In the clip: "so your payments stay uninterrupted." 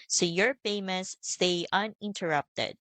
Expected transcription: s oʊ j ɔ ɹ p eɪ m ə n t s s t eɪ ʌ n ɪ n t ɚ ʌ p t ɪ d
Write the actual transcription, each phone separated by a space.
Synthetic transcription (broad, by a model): s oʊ j ɔ ɹ f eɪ m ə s s t eɪ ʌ n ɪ n t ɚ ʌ p t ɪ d